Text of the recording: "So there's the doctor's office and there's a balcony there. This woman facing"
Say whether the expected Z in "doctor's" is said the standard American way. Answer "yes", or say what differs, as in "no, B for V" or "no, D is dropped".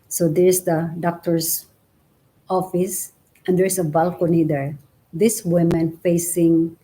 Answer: no, S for Z